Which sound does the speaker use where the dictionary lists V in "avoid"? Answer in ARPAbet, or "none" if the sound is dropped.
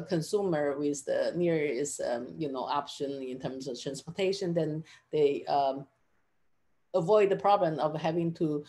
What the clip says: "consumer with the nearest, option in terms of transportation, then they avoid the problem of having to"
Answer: V